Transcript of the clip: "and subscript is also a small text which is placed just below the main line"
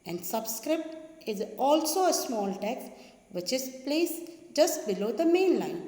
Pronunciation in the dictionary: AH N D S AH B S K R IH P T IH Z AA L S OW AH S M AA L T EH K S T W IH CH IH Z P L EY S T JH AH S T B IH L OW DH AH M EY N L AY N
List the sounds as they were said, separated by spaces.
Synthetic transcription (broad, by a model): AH N D S AH B S K R IH P T IH Z AA L S OW AH S M AA L T EH K S T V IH CH IH Z P L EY S JH AH S T B IH L OW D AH M EY N L AY N